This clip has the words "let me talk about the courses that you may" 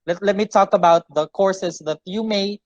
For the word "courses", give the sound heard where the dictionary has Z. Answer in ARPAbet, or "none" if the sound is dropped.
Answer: S